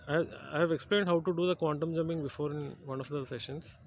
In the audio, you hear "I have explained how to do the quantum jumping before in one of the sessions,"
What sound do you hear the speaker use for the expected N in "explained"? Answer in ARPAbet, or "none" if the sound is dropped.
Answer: N